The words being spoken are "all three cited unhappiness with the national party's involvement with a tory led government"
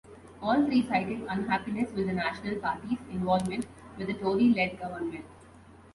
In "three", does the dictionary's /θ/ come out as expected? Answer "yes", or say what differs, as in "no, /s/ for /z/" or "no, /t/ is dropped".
no, /f/ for /θ/